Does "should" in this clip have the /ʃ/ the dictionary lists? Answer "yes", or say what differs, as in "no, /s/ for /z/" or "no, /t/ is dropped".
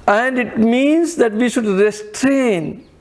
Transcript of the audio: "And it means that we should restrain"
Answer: yes